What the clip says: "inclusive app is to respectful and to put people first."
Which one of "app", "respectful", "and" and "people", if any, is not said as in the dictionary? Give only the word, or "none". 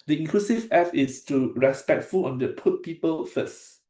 app